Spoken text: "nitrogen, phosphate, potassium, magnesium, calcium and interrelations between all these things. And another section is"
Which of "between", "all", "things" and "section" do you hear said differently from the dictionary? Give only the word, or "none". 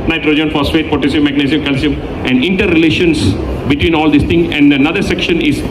things